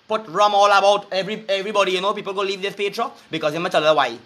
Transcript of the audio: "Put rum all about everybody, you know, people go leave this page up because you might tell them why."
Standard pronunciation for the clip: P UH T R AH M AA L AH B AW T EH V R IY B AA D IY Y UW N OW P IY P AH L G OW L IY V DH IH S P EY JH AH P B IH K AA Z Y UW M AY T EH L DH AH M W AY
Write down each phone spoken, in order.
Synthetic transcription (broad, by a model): P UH T R AH M AA L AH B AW T EH V R IY B AA D IY Y UW N OW P IY P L G OW L IY V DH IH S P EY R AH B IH K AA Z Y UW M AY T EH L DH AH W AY